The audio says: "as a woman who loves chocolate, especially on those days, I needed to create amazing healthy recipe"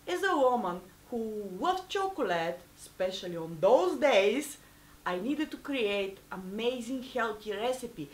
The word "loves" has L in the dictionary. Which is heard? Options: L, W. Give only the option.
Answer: W